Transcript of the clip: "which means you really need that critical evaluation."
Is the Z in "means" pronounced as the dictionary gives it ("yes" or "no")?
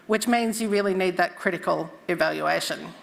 yes